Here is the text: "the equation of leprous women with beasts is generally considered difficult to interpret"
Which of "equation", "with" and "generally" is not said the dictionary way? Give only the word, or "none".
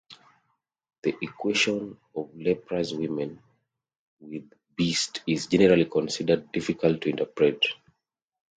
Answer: equation